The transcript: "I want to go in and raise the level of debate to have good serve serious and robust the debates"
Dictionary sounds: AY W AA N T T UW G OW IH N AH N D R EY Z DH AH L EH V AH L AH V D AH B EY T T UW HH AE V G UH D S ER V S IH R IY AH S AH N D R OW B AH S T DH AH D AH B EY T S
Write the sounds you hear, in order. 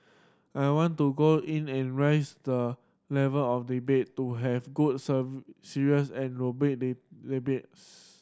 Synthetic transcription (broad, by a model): AY W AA N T T UW G OW IH N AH N R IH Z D AH L EH V AH L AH F D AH B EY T T UW HH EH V G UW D S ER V S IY R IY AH S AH N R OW B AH T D D AH B EY T S